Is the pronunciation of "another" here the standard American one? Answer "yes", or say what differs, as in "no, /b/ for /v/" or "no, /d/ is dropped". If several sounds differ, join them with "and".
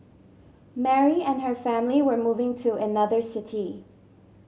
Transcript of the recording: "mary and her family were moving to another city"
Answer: yes